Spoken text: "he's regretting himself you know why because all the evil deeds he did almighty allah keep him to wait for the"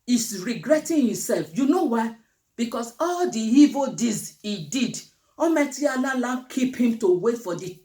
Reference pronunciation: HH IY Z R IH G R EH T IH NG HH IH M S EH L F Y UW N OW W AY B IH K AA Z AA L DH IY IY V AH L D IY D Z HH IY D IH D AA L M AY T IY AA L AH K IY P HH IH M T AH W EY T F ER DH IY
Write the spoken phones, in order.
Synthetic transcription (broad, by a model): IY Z R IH G R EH T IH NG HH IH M S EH L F Y UW N OW W AY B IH K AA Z AA L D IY IY V AH L D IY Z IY D IH D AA M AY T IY AA L AH K IY P HH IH M T AH W EY T F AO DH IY